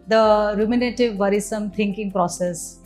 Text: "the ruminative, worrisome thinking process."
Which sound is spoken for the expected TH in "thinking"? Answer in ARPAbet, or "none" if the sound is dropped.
T